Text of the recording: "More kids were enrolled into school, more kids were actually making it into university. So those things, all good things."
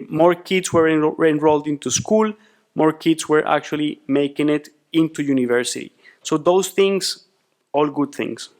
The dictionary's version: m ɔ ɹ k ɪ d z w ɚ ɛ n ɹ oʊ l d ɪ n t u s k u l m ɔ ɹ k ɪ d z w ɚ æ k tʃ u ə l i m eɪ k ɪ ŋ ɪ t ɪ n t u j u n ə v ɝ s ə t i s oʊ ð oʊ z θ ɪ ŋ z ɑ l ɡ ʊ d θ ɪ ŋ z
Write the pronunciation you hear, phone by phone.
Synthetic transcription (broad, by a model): m ɔ ɹ k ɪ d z w ɚ ɛ n ɹ oʊ l d ɪ n t u s k u l m ɔ ɹ k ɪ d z w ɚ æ k tʃ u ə l i m eɪ k ɪ ŋ ɪ t ɪ n t u j u n ə v ɝ s ə t i s oʊ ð oʊ s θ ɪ ŋ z ɑ l ɡ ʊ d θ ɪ ŋ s